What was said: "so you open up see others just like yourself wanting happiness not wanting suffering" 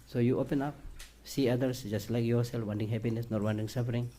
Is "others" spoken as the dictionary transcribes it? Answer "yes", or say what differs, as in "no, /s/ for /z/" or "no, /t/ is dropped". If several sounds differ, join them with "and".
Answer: no, /s/ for /z/